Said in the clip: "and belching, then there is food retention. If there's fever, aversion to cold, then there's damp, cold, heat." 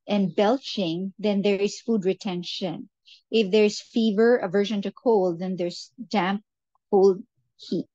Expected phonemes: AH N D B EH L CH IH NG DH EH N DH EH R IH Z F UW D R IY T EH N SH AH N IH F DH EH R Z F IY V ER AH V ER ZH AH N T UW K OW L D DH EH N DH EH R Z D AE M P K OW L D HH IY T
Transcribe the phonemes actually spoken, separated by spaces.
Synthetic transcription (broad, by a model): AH N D B EH L CH IH NG DH EH N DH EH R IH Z F UW D R IY T EH N SH AH N IH F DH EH R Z F IY V ER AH V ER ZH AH N T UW K OW L D DH EH N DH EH R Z D AE M P K OW L D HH IY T